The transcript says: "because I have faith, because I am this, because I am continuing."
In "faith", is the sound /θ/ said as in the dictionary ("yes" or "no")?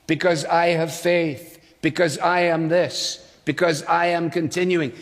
yes